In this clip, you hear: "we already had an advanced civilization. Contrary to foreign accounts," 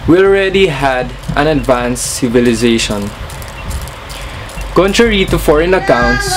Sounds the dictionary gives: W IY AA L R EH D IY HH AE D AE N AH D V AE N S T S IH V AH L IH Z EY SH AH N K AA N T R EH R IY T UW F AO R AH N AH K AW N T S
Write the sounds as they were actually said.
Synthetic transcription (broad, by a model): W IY AA L R EH D IY HH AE D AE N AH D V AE N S S IH V AH L IH Z EY SH AH N K AA N T R EH R IY T UW F AO R AH N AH K AW N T S